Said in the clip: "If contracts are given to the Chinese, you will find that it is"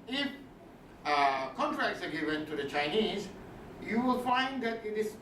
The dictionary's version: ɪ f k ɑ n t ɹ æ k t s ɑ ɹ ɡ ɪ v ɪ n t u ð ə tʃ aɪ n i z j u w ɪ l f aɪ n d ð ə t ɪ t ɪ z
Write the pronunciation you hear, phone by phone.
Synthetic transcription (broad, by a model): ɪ f k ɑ n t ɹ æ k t s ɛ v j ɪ w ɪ n t u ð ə tʃ aɪ n i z j u w ɪ l f aɪ n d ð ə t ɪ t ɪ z